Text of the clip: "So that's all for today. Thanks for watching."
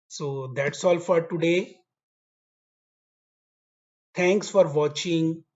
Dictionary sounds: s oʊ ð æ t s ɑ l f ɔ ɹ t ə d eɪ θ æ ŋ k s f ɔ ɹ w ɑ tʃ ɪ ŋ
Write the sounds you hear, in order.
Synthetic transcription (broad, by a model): s oʊ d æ t s ɑ l f ɔ ɹ t ə d eɪ t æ ŋ k s f ɔ ɹ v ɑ tʃ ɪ ŋ